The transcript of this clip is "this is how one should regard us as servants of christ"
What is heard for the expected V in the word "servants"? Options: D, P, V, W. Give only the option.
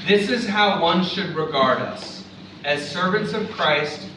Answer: V